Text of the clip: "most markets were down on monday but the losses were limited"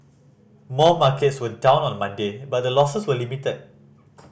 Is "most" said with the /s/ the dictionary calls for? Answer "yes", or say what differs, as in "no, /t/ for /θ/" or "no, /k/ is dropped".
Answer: no, /s/ is dropped